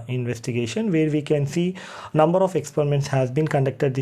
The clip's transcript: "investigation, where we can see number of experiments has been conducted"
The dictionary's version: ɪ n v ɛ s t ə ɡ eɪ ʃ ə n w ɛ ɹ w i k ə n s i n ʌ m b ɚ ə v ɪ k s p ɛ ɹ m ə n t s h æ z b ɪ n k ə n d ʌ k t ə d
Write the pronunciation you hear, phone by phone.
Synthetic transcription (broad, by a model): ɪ n v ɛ s t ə ɡ eɪ ʃ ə n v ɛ ɹ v i k ə n s i n ʌ m b ɚ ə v ɪ k s p ɛ ɹ m ə n t s h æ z b ɪ n k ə n d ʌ k t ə d